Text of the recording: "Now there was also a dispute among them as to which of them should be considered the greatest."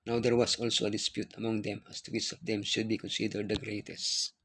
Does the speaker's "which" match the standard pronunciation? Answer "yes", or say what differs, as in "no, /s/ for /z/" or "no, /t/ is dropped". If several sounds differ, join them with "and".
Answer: no, /s/ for /tʃ/